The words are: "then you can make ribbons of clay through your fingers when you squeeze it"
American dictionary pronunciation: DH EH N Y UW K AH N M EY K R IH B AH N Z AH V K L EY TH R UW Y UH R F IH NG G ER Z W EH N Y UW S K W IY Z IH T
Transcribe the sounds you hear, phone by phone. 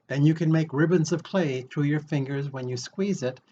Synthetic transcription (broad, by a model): DH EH N Y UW K AH N M EY K R IH B AH N Z AH V K L EY TH R UW Y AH R F IH NG G ER Z W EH N Y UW S K W IY Z IH T